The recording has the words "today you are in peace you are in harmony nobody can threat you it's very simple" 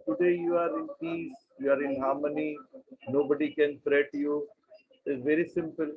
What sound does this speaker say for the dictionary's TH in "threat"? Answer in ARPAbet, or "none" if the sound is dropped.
F